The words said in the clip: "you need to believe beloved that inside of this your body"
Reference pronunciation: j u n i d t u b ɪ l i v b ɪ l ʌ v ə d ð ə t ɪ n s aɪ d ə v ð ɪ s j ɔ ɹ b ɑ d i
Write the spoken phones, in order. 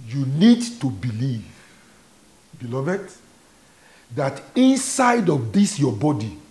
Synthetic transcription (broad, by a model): j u n i d t u b ɪ l i v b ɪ l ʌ v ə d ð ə t ɪ n s aɪ d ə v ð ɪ s j ɔ b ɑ d i